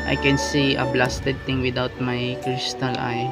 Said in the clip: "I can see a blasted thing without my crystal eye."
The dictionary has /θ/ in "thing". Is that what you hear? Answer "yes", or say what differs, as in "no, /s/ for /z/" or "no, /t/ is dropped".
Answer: no, /t/ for /θ/